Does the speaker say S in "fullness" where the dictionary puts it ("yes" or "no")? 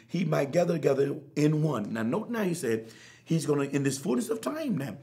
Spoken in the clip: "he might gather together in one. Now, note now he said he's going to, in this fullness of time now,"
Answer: yes